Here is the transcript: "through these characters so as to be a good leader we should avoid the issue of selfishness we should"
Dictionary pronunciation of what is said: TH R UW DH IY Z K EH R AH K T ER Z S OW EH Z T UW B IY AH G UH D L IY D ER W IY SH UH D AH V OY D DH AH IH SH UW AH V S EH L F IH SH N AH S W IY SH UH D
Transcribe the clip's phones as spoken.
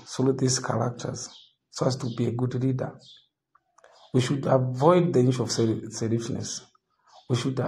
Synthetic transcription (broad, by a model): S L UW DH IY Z K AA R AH K T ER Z S OW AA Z T UW B IY AH G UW D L IY D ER W IY SH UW D AH V OY D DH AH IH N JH AH V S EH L IH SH N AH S W IY SH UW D